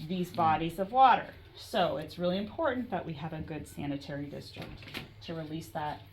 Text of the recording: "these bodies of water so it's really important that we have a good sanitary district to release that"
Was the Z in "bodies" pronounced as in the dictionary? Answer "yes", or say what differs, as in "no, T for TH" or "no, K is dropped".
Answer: yes